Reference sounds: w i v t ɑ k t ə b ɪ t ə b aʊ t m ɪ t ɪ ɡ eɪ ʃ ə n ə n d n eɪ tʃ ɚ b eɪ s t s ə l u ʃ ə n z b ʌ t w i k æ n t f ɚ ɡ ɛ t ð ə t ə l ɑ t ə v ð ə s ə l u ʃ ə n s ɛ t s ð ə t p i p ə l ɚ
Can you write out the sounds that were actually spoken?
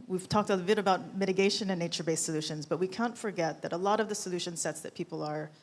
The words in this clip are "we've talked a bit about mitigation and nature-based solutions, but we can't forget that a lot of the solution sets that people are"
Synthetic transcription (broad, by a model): w i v t ɑ k t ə b ɪ t ə b aʊ t m ɪ t ɪ ɡ eɪ ʃ ə n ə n n eɪ tʃ ɚ b eɪ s s ə l u ʃ ə n z b ʌ t w i k æ n t f ɚ ɡ ɛ t ð ə t ə l ɑ t ə v ð ə s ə l u ʃ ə n s ɛ t s ð ə t p i p l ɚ